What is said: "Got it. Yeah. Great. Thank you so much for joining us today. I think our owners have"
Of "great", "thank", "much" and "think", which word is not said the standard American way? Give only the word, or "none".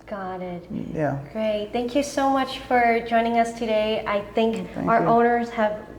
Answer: none